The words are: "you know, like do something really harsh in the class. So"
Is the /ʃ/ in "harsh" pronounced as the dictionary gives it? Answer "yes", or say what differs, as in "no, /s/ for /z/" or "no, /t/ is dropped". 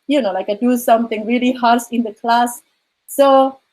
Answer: no, /s/ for /ʃ/